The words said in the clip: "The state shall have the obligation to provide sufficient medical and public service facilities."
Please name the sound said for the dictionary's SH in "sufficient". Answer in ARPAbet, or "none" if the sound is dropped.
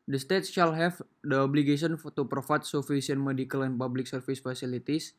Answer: S